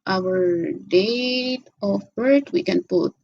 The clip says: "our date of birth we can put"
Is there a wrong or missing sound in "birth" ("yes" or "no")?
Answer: yes